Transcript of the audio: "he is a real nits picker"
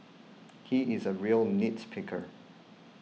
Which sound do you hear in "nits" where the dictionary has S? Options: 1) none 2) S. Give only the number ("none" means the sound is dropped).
2